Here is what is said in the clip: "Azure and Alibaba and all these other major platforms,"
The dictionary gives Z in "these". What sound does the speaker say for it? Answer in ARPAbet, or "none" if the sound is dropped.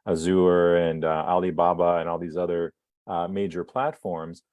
Z